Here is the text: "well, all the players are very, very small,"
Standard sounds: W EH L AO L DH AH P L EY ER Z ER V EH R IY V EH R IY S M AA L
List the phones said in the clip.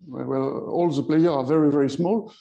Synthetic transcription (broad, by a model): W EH L AO L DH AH P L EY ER ER V EH R IY V EH R IY S M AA L